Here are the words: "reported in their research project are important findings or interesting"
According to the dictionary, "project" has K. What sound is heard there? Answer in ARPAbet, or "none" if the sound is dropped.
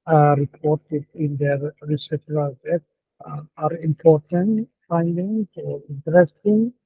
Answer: none